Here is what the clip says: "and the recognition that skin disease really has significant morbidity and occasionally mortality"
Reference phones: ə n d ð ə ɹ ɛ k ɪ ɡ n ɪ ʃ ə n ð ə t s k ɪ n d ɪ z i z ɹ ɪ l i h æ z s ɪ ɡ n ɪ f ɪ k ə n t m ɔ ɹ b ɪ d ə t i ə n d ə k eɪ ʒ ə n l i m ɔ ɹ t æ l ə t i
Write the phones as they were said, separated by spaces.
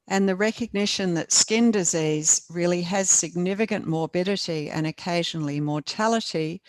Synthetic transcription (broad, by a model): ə n ð ə ɹ ɛ k ɪ ɡ n ɪ ʃ ə n ð ə t s k ɪ n d ɪ z i z ɹ ɪ l i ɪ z s ɪ ɡ n ɪ f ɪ k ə n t m ɔ ɹ b ɪ d ə t i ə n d ə k eɪ ʒ ə n l i m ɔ ɹ t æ l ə t i